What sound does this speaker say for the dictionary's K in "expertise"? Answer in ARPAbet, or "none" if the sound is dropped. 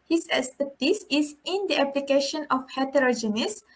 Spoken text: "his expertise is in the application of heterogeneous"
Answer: none